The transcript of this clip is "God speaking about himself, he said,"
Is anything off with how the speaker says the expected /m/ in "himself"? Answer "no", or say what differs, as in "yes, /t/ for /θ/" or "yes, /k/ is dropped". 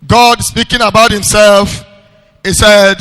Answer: no